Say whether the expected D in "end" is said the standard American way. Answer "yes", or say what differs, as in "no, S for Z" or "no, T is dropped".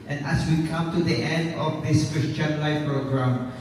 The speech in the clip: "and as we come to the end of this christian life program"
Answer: yes